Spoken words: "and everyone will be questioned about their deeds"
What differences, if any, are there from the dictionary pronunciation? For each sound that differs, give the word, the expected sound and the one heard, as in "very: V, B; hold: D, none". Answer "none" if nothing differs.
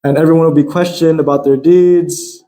none